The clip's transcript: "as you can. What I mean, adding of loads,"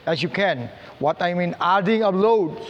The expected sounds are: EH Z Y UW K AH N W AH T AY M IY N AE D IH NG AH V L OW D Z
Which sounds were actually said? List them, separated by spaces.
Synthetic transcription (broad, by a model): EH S Y UW K AH N W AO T AY M IY N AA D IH NG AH B L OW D